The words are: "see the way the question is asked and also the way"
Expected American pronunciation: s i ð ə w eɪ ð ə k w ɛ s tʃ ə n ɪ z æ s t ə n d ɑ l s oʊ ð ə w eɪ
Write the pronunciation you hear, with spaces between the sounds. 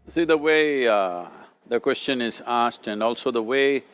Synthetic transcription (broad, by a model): s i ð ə w eɪ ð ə k w ɛ s tʃ ə n ɪ z æ s t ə n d ɑ l s oʊ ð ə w eɪ